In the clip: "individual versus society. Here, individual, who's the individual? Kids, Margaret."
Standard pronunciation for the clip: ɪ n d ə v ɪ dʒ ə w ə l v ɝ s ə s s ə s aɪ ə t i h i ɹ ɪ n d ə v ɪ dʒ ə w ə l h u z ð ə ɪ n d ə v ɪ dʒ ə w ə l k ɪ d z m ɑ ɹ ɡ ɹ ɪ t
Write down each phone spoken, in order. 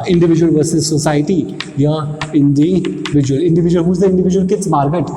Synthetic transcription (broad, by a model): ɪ n d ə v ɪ dʒ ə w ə l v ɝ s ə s s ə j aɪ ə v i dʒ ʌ l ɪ n d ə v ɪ dʒ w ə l h u z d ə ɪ n d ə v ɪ dʒ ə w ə l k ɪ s m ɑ ɹ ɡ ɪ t